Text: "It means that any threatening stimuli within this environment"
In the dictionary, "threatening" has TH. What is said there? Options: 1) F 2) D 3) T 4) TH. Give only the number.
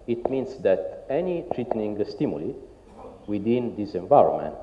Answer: 3